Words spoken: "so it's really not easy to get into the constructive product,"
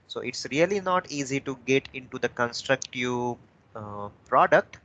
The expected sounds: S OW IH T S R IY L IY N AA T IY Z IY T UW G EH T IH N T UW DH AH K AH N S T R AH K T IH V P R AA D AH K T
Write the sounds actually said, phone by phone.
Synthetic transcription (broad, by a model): S OW IH T S R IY L IY N AA T IY Z IY T UW G EH T IH N T UW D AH K AH N S T R AH K T IH V P R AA D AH K T